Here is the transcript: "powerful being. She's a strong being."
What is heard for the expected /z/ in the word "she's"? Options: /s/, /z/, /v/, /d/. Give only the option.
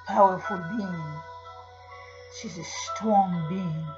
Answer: /z/